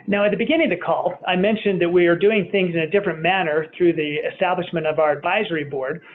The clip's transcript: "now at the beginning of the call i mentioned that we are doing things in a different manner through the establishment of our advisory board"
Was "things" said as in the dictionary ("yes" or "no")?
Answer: yes